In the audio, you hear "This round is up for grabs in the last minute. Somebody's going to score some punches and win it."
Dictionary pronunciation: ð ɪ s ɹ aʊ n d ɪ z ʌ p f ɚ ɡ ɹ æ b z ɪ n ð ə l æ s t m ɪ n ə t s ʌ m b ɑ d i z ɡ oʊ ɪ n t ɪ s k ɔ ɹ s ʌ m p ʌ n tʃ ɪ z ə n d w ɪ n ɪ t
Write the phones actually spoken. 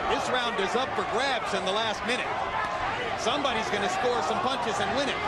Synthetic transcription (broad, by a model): ð ɪ s ɹ aʊ n d ɪ z ʌ p f ɚ ɡ ɹ æ b z ɪ n ð ə l æ s t m ɪ n ə t s ʌ m b ɑ d i z ɡ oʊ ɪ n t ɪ s k ɔ ɹ s ʌ m p ʌ n tʃ ɪ z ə n w ɪ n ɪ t